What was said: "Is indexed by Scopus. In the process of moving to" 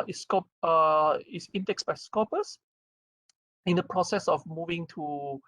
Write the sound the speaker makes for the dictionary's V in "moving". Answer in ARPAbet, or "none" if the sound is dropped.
V